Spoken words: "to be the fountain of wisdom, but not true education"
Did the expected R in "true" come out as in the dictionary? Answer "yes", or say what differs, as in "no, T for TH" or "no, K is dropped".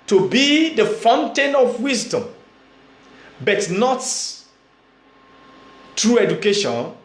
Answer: yes